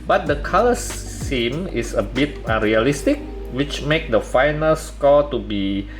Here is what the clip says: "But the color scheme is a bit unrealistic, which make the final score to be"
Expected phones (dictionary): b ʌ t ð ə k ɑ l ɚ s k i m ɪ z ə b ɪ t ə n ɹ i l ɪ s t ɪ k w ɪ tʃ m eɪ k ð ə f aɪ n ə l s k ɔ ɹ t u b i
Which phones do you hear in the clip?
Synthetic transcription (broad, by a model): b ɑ t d ə k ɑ l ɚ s i m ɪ s ə b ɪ t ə n ɹ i l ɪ s t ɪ k w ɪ tʃ m eɪ k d ə f aɪ n ə l s k ɔ t u b i